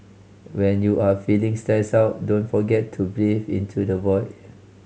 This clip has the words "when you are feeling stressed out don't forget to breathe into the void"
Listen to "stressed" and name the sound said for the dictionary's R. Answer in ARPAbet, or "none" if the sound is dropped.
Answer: none